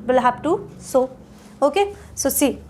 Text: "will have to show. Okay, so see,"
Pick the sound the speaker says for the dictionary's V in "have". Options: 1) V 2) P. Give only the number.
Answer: 2